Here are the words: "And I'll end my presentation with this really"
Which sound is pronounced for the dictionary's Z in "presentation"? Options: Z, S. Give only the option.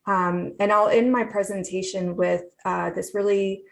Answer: Z